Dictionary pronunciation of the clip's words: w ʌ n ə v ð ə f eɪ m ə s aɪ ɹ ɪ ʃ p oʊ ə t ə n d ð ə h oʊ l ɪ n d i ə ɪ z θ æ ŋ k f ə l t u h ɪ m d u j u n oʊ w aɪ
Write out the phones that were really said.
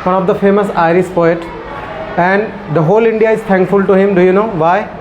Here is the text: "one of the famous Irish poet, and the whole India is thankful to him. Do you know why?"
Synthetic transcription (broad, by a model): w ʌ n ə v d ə f eɪ m ə s aɪ ɹ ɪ s p oʊ ə t ə n d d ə h oʊ l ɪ n d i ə ɪ z t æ ŋ k f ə l t u h ɪ m d u j u n oʊ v aɪ